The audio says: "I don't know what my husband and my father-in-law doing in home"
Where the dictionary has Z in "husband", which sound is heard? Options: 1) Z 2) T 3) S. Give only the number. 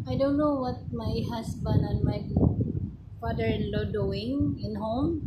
3